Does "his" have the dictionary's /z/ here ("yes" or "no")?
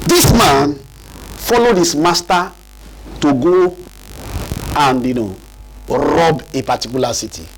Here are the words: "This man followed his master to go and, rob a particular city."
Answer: no